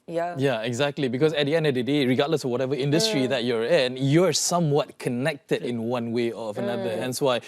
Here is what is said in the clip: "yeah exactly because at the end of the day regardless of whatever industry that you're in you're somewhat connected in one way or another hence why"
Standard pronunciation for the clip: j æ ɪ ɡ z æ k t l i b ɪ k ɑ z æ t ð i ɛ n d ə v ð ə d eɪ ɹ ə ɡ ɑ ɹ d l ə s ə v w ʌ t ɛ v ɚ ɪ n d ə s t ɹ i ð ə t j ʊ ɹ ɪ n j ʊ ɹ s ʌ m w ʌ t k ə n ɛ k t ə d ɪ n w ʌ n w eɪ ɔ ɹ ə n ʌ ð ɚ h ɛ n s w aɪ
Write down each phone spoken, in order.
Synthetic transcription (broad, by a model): j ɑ ɪ ɡ z æ k t l i b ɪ k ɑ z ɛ t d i ɛ n d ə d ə d eɪ ɹ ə ɡ ɑ d l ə s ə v w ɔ t ɛ v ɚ ɪ n d ə s t ɹ i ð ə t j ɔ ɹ ɪ n j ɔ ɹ s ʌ m w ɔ t k ə n ɛ k t ə d ɪ n w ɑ n w eɪ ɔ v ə n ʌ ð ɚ h ɛ n s w aɪ